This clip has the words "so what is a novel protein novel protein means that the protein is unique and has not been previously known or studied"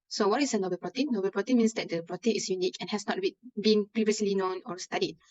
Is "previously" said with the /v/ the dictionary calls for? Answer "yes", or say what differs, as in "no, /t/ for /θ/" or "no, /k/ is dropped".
yes